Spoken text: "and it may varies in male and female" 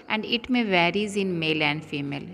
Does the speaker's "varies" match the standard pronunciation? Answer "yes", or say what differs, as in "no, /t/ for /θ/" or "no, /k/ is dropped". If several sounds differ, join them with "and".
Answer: yes